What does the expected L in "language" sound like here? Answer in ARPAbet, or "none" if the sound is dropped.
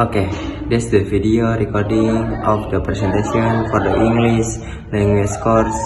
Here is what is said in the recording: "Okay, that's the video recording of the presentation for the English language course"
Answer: N